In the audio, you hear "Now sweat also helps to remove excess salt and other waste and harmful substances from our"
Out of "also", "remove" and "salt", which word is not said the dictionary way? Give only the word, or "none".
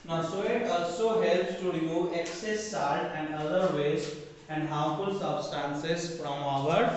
salt